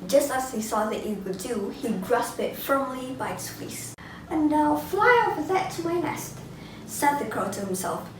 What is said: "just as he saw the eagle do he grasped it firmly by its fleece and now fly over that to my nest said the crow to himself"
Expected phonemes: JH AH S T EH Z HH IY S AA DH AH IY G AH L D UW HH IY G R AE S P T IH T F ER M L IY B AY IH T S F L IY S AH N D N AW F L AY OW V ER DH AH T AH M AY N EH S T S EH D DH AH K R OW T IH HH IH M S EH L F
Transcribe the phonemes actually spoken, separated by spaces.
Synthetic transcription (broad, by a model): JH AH S T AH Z HH IY S AA DH AH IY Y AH W D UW HH IY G R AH S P IH T F ER M L IY B AY IH T S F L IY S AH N N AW F L AY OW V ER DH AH T AH M AY N EH S T S EH D DH AH K R OW T IH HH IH M S EH L F